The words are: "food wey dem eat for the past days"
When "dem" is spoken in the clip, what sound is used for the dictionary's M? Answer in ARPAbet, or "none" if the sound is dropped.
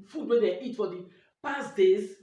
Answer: none